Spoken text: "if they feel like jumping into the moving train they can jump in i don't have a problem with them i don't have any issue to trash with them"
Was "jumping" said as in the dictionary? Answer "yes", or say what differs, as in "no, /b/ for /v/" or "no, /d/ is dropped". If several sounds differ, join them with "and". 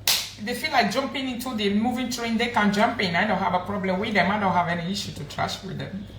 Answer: yes